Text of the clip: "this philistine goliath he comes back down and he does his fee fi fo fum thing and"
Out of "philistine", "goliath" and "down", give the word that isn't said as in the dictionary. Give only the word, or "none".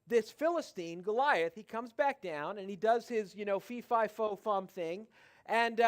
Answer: none